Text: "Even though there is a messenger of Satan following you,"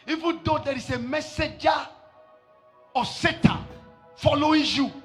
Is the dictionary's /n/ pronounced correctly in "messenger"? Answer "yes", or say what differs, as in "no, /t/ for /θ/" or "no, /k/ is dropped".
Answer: no, /n/ is dropped